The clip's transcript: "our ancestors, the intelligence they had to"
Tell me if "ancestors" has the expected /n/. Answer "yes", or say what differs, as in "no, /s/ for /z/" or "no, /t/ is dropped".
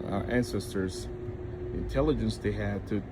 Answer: yes